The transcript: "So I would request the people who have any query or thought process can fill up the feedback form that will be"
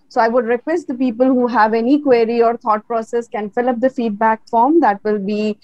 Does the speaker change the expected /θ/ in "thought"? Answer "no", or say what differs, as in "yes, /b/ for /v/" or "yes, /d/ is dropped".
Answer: yes, /t/ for /θ/